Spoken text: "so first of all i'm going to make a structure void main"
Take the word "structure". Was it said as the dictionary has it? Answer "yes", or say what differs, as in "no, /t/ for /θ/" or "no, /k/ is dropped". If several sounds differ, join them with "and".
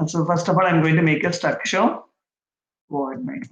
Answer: no, /ɹ/ is dropped and /ʃ/ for /tʃ/